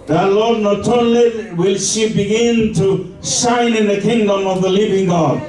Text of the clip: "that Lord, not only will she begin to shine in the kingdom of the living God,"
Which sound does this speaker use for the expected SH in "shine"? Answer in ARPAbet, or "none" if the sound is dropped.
S